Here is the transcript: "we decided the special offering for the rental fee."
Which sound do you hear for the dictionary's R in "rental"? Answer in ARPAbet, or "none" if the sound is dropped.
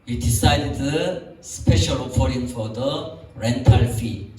R